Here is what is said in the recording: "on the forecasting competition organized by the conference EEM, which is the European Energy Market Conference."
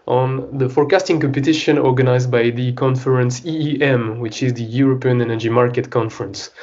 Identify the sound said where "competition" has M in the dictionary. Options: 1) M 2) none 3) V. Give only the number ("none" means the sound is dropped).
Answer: 1